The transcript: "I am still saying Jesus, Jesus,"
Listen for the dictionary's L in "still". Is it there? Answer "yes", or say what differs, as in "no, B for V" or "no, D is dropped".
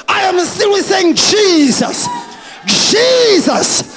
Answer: no, N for L